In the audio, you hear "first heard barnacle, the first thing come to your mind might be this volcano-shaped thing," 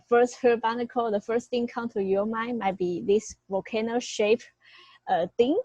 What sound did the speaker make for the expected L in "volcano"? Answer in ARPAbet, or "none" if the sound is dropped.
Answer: none